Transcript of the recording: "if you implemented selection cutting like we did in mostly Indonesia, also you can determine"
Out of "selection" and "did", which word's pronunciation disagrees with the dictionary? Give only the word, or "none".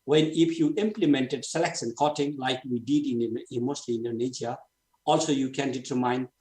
selection